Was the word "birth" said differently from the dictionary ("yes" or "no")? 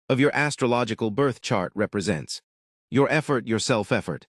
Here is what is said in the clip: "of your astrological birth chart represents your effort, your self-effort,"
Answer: no